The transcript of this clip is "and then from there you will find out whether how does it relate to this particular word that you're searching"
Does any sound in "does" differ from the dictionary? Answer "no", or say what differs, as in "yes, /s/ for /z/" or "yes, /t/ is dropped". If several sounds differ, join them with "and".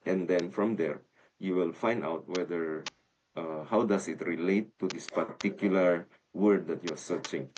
yes, /s/ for /z/